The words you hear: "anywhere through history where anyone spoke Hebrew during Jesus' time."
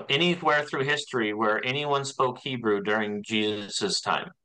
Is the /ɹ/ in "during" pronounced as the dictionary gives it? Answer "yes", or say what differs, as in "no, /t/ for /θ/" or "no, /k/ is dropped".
yes